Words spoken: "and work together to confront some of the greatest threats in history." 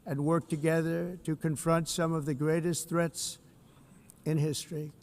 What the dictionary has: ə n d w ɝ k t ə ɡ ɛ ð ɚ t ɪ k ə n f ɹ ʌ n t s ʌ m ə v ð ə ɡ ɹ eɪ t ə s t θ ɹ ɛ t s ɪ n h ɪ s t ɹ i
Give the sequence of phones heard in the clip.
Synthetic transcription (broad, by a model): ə n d w ɝ k t ə ɡ ɛ ð ɚ t ɪ k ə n f ɹ ʌ n t s ʌ m ə v ð ə ɡ ɹ eɪ t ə s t θ ɹ ɛ t s ɪ n h ɪ s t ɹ i